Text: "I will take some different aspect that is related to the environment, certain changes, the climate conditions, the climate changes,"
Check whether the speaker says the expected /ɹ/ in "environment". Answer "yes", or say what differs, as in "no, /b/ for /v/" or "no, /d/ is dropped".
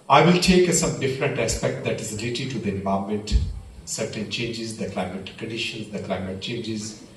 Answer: no, /ɹ/ is dropped